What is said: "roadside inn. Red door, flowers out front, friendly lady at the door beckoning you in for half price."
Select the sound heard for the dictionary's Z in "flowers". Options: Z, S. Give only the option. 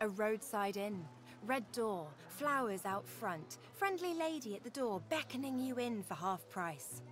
Z